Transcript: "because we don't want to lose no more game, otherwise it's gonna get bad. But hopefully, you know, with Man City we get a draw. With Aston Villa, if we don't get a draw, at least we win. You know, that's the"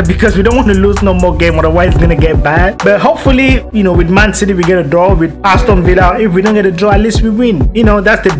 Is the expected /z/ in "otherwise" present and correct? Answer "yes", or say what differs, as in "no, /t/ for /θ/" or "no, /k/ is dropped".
no, /z/ is dropped